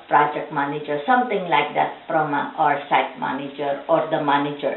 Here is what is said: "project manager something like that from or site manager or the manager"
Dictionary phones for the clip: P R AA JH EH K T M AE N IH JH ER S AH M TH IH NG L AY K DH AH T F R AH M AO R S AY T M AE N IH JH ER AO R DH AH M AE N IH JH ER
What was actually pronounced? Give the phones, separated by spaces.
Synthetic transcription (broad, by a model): P R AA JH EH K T M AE N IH JH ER S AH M T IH NG L AY K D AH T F R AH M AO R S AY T M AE N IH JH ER AO R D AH M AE N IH JH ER